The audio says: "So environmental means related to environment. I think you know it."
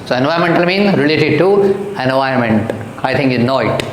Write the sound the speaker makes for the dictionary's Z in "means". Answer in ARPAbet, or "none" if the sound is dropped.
none